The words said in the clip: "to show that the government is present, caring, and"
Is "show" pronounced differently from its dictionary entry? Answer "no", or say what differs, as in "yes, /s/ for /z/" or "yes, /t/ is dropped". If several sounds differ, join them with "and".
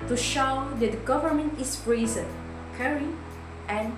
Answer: no